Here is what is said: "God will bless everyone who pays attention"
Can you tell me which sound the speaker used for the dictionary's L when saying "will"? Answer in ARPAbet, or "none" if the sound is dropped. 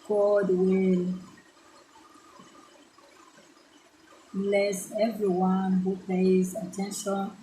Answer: L